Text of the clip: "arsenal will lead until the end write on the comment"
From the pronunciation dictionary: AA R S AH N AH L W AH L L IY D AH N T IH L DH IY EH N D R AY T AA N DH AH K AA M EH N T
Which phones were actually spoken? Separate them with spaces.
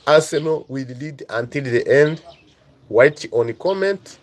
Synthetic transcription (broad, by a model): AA S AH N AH W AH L L IY D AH N T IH L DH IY EH N D W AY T AA N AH K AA M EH N T